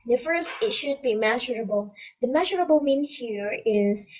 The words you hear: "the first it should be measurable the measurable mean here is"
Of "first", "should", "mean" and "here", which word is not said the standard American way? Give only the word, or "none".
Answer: none